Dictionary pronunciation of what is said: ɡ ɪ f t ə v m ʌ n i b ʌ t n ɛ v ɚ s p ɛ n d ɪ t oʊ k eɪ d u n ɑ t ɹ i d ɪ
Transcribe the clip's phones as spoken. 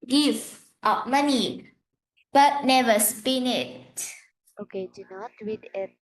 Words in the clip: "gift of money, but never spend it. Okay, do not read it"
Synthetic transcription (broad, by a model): ɡ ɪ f t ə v m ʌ n i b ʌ t n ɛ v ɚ s p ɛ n ɪ t oʊ k eɪ d u n ɑ t w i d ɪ